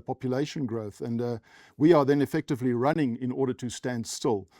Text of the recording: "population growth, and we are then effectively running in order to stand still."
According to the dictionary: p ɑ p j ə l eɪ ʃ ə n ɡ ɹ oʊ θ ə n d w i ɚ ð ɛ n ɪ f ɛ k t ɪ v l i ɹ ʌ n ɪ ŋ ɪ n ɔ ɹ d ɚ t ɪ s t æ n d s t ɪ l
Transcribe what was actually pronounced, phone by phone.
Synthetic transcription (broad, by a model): p ɑ p j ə l eɪ ʃ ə n ɡ ɹ oʊ θ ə n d w i ɚ ð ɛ n ɪ f ɛ k t ɪ v l i ɹ ʌ n ɪ ŋ ɪ n ɔ ɹ d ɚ t ɪ s t æ n d s t ɪ l